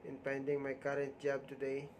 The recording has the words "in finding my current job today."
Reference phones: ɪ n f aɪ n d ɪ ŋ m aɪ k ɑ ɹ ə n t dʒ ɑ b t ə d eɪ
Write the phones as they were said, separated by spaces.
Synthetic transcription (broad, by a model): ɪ n p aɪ n d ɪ ŋ m aɪ k ɑ ɹ ə n t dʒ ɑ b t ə d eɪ